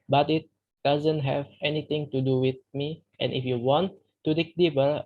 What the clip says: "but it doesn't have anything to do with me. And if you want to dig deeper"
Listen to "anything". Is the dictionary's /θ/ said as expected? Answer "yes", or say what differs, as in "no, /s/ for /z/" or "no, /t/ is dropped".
no, /t/ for /θ/